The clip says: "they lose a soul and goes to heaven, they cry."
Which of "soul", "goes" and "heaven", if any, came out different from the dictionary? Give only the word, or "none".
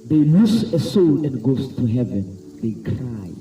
goes